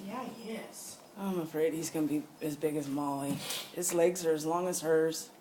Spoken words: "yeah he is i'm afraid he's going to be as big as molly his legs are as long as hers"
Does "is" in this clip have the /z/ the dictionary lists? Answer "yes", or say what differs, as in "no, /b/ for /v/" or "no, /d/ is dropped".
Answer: no, /s/ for /z/